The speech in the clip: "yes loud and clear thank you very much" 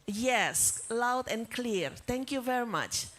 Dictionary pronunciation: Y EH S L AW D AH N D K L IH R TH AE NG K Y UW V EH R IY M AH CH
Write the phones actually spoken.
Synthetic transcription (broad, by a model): Y EH S L AW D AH N K L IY R T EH NG K Y UW V EH R IY M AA CH